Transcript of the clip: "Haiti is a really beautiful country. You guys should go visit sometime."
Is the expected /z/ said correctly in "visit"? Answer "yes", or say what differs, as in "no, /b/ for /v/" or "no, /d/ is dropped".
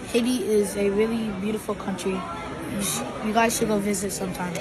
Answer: yes